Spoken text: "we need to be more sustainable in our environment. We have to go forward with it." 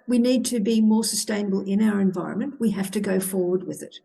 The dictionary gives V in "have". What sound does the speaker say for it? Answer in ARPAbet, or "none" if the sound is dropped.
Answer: F